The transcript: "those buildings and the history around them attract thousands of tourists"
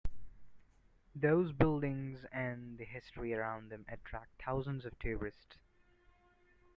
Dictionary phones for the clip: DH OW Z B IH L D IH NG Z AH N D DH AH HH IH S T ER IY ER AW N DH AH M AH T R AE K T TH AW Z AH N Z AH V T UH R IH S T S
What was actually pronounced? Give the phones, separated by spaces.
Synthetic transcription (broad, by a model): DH OW Z B IH L D IH NG Z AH N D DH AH HH IH S T ER IY ER AW N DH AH M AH T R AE K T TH AW Z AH N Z AH V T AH R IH S T S